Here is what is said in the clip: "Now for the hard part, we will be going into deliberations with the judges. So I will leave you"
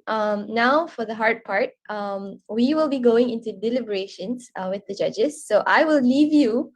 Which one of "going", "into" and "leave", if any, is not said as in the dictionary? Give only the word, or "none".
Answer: none